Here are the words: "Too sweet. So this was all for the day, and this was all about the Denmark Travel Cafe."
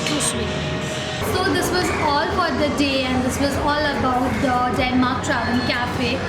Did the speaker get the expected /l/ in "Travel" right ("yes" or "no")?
no